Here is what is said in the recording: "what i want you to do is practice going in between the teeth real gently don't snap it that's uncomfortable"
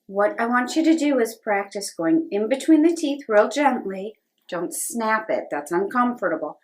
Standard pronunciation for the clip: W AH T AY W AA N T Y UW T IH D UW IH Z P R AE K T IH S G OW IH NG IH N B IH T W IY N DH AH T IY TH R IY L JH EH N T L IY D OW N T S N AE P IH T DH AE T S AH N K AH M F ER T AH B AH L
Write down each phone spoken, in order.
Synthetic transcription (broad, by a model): W AH T AY W AA N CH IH T IH D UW IH Z P R AE K T IH S G OW IH NG IH N B IH T W IY N DH AH T IY TH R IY L JH EH N T L IY D OW N T S N AE P IH T DH AE T S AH N K AH M F ER T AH B L